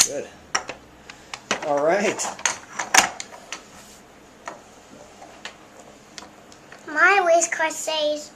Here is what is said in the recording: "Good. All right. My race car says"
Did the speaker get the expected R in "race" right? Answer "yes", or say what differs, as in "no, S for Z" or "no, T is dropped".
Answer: no, W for R